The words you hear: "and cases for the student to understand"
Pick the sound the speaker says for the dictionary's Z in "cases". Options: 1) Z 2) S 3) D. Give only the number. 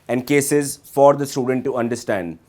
1